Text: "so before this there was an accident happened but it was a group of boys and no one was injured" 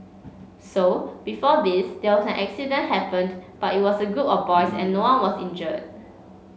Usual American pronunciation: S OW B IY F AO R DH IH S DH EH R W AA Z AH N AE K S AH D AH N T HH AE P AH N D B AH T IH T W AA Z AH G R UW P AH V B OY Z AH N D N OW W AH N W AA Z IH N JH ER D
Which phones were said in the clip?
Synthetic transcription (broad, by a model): S OW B IY F AO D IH S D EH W AA S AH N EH K S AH D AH N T HH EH P AH N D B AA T IH T W AA S AH G UW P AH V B OY S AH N N OW W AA N W AA S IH N JH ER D